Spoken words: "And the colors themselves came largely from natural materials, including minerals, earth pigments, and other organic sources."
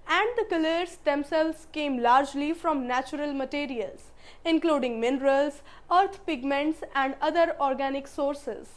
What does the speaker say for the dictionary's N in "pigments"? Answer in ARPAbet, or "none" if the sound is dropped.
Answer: N